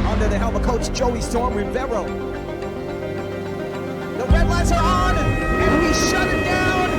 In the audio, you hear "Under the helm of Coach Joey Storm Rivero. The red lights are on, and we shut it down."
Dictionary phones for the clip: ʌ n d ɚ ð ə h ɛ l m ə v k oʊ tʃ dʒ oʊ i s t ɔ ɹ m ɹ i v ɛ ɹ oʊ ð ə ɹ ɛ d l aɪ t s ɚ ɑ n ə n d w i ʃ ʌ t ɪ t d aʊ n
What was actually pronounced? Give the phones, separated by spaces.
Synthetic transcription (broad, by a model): ʌ n d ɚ ð ə h ɛ l m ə k oʊ tʃ dʒ oʊ i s t ɔ ɹ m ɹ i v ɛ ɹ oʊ ð ə ɹ ɛ d l aɪ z ɚ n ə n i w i ʃ ʌ t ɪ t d aʊ n